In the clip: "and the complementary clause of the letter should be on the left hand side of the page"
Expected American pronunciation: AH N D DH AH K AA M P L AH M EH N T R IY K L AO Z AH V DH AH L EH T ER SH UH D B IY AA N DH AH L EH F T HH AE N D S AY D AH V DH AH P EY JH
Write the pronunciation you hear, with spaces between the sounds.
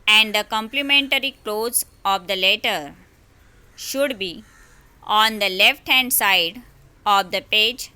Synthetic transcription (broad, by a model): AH N D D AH K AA M P L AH M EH N T R IY K L AO Z AH V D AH L EH T ER SH UH D B IY AA N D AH L EH F T HH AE N D S AY D AH V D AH P EY JH